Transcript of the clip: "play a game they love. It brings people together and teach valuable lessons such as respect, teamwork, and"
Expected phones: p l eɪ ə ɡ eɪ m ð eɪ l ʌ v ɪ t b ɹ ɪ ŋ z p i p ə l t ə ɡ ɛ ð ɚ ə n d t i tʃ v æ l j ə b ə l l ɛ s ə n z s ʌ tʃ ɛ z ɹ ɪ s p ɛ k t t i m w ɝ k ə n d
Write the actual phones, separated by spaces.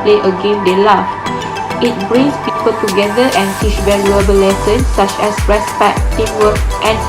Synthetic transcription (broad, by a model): p l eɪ ə ɡ eɪ m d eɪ l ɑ f ɪ t b ɹ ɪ ŋ s p i p ə l t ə ɡ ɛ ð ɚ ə n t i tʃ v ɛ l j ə b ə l l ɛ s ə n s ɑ tʃ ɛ s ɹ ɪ s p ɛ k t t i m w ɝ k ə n